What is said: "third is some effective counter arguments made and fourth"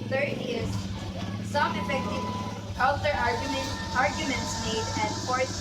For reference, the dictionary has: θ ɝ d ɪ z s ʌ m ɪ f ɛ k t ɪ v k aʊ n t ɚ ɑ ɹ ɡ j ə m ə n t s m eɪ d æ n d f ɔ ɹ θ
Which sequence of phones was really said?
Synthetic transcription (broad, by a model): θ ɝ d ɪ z s ʌ m ɪ f ɛ k t ɪ v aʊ l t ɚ ɑ ɹ ɡ j ə m ə n t s m eɪ d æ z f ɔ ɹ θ